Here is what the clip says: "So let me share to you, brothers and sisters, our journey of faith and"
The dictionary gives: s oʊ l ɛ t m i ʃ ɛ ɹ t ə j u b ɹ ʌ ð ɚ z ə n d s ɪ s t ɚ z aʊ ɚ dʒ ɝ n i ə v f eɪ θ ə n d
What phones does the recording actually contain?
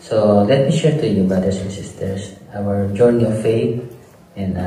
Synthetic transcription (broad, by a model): s oʊ l ɛ t m i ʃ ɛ ɹ t ə j u b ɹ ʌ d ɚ s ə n s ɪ s t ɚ s aʊ ɚ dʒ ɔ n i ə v f eɪ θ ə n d